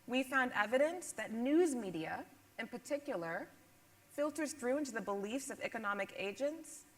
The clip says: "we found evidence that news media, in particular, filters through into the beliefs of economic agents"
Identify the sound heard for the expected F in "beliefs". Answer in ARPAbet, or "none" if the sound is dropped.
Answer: F